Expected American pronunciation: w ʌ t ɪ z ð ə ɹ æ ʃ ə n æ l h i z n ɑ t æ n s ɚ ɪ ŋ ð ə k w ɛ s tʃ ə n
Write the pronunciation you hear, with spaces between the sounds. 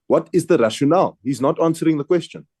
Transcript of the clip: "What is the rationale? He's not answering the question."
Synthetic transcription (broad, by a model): w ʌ t ɪ z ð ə ɹ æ ʃ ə n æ l h i z n ɑ t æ n s ɚ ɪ ŋ ð ə k w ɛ s tʃ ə n